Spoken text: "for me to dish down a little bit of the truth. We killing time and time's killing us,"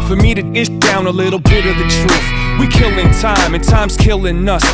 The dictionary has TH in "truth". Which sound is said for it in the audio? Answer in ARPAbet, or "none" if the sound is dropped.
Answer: F